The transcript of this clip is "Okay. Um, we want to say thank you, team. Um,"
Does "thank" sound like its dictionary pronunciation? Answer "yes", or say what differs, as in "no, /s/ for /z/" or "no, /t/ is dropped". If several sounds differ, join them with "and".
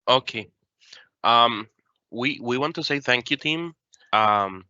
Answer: yes